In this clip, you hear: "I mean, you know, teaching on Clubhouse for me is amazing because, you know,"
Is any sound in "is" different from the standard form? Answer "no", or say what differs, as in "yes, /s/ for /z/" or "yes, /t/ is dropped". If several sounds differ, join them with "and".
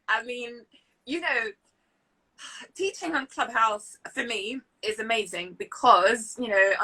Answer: no